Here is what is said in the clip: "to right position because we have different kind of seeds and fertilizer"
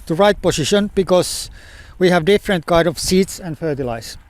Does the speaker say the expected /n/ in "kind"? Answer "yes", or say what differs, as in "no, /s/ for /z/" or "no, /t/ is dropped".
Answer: no, /n/ is dropped